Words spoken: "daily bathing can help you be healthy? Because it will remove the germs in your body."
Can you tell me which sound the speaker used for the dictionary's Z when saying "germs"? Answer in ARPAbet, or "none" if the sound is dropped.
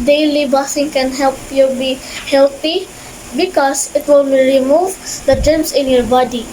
S